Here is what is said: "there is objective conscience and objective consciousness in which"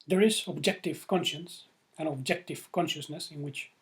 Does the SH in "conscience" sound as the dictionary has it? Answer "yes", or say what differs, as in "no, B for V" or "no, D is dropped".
yes